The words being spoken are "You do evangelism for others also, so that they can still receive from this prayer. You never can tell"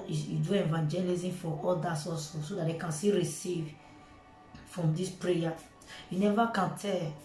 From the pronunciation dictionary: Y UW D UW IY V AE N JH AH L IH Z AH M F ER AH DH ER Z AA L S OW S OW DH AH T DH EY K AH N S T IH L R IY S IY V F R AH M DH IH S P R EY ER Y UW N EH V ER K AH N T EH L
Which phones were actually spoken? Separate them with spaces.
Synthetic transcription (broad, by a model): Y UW D UW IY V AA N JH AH L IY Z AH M F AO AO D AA S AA S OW S OW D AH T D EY K AH N S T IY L R IY S IY V F R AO M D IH S P R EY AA Y UW N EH V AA K AH N T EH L